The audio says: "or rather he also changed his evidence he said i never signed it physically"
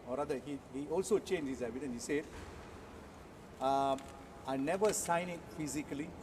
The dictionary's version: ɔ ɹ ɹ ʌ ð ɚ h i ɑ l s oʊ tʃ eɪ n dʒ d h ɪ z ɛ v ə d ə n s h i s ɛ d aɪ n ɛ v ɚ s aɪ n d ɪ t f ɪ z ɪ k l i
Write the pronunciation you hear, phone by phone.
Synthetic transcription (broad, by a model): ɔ ɹ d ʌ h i h i ɑ l s oʊ tʃ eɪ n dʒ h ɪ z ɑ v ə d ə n h i s ɛ d aɪ n ɛ v ɚ s aɪ n ɪ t f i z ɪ k l i